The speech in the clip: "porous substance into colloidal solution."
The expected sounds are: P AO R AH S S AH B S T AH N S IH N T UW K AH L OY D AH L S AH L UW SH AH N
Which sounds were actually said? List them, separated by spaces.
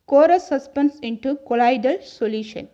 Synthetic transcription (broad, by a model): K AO R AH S S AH S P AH N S IH N T UW K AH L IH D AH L S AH L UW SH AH N